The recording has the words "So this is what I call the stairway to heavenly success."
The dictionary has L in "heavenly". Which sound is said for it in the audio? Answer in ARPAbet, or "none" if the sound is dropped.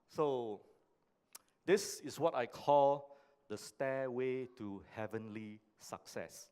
L